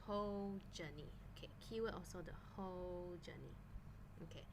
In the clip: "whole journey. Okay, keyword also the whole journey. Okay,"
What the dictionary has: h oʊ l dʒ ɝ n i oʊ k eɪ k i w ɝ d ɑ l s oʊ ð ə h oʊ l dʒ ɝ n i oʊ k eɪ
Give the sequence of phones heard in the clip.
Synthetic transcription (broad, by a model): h oʊ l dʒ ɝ n i oʊ k eɪ k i w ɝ ɑ l s oʊ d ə h oʊ l dʒ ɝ n i oʊ k eɪ